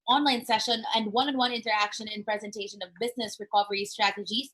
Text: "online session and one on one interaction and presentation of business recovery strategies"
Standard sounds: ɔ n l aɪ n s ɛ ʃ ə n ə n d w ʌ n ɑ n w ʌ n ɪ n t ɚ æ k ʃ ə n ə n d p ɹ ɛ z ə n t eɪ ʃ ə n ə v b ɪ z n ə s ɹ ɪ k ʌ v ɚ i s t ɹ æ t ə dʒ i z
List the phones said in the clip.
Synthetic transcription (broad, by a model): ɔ n l aɪ n s ɛ ʃ ə n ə n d w ʌ n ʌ n w ʌ n ɪ n t ɚ æ k ʃ ə n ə n p ɹ ɛ z ə n t eɪ ʃ ə n ə v b ɪ z n ə s ɹ ɪ k ʌ v ɚ i s t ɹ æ t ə dʒ i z